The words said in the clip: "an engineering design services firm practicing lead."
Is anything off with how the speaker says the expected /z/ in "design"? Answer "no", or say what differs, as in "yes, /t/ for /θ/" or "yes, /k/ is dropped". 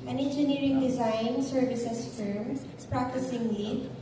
no